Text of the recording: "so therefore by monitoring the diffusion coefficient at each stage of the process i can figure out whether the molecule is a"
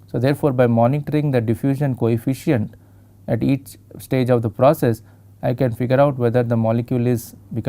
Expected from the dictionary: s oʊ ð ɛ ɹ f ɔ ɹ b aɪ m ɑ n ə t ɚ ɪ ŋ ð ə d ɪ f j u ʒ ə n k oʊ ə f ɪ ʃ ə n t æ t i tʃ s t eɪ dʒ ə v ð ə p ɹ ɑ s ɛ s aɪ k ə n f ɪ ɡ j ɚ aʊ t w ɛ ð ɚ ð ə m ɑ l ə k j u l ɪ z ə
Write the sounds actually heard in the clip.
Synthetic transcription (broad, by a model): s oʊ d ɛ ɹ f ɔ ɹ b aɪ m ɑ n ə t ɚ ɪ ŋ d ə d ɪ f j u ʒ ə n k oʊ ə f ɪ ʃ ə n t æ t i tʃ s t eɪ dʒ ə v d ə p ɹ ɑ s ɛ s aɪ k ə n f ɪ ɡ j ɚ aʊ t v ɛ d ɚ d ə m ɑ l ə k j u l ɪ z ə